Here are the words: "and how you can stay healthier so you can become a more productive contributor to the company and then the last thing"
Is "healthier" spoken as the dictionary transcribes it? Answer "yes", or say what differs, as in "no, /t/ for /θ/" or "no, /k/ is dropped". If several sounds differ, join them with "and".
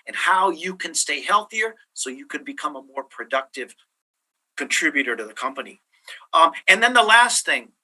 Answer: yes